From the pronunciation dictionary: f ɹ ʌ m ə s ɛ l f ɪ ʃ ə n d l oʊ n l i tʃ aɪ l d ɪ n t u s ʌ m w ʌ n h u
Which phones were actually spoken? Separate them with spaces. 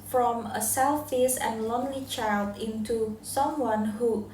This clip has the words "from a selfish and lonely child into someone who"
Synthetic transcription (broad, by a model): f ɹ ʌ m ə s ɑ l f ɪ s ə n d l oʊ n l i tʃ aɪ l d ɪ n t u s ʌ m w ʌ n h u